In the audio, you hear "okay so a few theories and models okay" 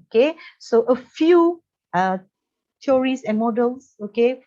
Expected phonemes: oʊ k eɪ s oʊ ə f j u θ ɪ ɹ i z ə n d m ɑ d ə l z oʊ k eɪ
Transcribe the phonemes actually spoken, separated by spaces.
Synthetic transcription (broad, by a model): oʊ k eɪ s oʊ ə f j u t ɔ ɹ i s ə n m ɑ d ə l s oʊ k eɪ